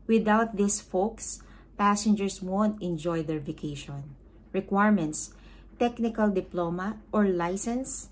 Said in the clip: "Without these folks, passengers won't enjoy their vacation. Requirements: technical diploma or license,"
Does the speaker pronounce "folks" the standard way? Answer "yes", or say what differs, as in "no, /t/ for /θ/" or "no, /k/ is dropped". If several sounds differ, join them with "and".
yes